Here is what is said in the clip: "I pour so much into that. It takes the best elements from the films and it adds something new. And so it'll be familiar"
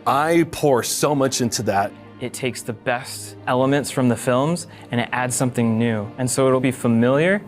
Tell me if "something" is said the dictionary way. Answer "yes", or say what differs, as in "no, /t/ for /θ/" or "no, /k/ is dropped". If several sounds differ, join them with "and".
yes